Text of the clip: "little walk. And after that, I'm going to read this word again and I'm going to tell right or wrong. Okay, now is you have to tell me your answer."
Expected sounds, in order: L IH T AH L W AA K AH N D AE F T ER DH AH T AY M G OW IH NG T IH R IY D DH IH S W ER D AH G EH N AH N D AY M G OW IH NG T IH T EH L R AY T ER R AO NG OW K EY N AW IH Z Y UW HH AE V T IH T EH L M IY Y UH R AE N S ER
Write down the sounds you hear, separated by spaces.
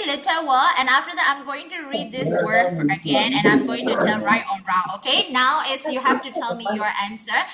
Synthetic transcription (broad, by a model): L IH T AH W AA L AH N AE F T ER DH AH T AY M G OW IH NG T IH R IY D DH IH S W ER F AH G EH N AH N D AY M G OW IH NG T IH T EH L R AY T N R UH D OW K EY N AW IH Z Y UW HH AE F T IH T EH L M IY Y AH R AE N S ER